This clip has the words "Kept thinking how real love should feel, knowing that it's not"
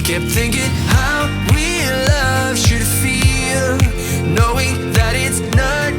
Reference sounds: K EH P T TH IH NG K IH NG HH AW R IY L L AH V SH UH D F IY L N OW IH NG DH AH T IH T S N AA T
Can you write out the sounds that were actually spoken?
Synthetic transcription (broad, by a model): K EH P TH IH NG K IH NG HH AW W IY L L AH V SH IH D F IY L N OW IH NG DH AH T IH T S N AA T